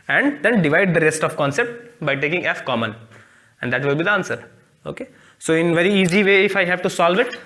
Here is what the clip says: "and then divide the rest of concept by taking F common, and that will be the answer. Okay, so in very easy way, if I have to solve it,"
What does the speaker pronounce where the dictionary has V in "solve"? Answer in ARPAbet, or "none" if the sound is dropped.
V